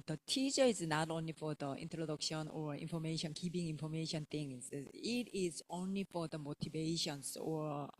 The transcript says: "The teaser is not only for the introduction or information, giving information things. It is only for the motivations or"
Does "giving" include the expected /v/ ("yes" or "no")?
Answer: no